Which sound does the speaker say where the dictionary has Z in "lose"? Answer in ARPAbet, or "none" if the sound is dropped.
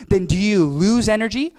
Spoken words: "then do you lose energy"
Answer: Z